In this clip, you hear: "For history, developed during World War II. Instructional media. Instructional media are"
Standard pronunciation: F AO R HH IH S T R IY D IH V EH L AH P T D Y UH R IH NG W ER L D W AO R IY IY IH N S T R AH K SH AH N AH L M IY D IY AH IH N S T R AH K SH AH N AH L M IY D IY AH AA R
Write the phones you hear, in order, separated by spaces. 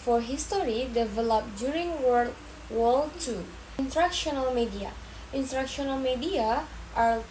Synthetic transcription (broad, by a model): F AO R HH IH S T R IY D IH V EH L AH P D Y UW R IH NG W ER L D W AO L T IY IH N T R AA K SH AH N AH L M IY D IY AH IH N T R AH K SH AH N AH L M IY D IY AH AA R